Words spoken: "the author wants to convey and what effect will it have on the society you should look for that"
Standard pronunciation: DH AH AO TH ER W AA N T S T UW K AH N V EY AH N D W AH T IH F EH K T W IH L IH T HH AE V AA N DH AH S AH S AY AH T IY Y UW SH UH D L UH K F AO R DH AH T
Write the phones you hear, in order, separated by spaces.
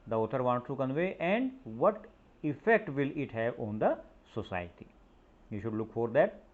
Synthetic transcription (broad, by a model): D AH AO T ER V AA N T T UW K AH N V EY AH N D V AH T IH F EH K T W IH L IH T HH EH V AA N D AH S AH S AY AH T IY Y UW SH UH D L UH K F AO R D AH T